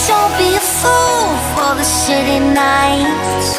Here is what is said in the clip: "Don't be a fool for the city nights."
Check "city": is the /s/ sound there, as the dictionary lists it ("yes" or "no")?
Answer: no